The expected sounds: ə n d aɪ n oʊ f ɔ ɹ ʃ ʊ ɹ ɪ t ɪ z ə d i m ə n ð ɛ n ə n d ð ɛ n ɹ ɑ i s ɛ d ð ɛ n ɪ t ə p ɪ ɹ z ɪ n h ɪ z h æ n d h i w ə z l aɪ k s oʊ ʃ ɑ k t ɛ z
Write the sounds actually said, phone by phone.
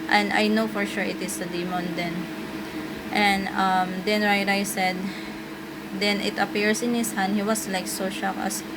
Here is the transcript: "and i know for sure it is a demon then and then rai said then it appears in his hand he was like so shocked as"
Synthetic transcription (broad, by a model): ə n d aɪ n oʊ f ɔ ɹ ʃ ʊ ɹ ɪ t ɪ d ə d i m ə n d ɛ n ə n d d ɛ n ɹ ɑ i s ɛ d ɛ n ɪ t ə p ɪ ɹ s ɪ n h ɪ s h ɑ n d h i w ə s l aɪ k s oʊ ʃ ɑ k ʌ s